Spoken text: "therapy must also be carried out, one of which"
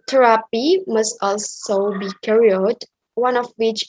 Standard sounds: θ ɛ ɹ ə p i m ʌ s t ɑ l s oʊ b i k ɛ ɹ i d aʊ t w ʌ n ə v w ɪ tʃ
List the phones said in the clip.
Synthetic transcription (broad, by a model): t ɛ ɹ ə p i m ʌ s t ɑ l s oʊ b i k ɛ ɹ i ʌ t w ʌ n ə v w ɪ tʃ